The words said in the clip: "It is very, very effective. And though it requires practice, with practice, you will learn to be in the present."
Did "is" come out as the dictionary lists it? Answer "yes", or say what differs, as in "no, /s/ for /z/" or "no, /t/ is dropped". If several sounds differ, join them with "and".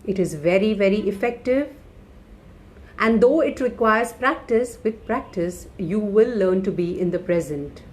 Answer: yes